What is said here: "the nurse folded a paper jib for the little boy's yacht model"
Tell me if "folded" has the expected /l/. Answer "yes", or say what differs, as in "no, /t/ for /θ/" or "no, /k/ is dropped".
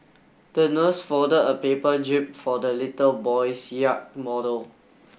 no, /l/ is dropped